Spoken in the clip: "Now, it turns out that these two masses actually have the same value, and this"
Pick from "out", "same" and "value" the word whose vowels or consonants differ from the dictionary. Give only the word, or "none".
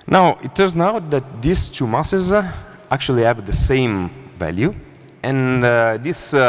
none